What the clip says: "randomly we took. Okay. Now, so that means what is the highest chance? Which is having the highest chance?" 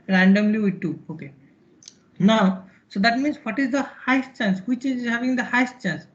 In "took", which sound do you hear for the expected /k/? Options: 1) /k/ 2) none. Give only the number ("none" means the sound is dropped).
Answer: 2